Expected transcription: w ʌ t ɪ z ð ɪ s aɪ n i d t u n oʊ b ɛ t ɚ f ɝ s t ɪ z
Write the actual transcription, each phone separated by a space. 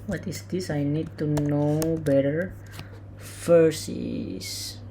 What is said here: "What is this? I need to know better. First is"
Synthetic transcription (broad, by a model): w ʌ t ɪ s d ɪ s aɪ n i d t u n oʊ b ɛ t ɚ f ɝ s ɪ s